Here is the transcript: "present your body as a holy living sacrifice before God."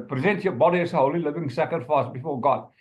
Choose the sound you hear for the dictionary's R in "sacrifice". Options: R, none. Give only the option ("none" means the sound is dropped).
none